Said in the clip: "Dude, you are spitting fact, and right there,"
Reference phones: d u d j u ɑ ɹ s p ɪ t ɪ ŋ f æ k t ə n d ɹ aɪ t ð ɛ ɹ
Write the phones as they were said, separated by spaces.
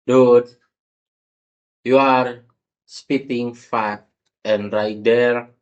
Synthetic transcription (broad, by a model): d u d j u ɑ ɹ s p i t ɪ ŋ f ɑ t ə n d ɹ aɪ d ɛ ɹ